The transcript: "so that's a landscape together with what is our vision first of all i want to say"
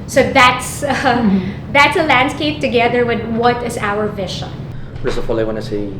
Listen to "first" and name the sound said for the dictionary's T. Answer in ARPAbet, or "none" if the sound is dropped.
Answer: none